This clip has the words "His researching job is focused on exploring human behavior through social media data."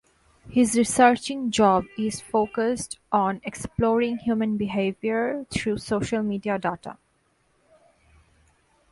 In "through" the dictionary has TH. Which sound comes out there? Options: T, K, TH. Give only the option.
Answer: T